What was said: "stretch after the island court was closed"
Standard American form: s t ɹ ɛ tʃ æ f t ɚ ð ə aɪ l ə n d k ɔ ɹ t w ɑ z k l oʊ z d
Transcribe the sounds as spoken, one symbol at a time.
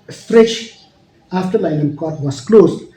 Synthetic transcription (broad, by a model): s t ɹ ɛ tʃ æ f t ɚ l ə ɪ n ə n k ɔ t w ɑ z k l oʊ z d